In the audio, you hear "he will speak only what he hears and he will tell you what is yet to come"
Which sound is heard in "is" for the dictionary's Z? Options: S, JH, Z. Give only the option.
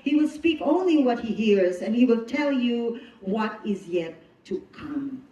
Z